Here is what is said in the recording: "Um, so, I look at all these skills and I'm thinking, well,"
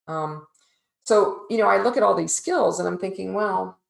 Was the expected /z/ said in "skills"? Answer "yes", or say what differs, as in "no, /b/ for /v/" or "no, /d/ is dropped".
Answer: yes